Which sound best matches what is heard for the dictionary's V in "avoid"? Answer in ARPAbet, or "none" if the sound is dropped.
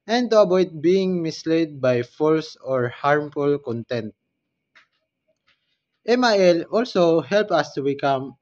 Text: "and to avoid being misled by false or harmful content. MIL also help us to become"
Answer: B